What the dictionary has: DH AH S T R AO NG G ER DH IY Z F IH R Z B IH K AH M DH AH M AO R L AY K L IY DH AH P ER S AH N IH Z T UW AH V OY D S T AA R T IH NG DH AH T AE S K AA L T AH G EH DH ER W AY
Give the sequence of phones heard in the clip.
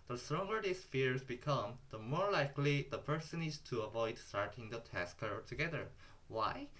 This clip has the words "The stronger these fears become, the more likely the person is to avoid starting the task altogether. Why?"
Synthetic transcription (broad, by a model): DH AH S T R AO NG G ER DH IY S F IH R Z B IH K AH M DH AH M AO R L AY K L IY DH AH P ER S AH N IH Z T UW AH V OY D S T AA R T IH NG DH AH T AE S K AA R T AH G EH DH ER W AY